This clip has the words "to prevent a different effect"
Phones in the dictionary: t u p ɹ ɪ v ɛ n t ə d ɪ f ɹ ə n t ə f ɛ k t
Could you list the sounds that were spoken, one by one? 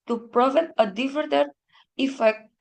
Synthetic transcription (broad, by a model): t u p ɹ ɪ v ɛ t ə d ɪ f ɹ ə t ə f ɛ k